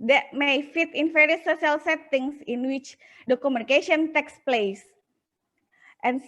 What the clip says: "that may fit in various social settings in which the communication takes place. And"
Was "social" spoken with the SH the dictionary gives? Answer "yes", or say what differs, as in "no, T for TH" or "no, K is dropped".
no, SH is dropped